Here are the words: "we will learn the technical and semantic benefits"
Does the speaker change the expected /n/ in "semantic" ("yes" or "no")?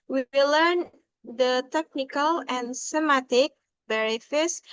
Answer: yes